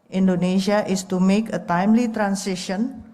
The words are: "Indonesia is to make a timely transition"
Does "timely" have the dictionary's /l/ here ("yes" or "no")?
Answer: yes